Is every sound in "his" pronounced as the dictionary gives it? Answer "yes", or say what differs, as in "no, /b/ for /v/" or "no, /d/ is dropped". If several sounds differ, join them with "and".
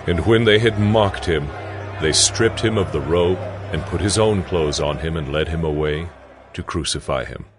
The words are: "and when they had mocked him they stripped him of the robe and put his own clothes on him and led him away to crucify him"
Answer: yes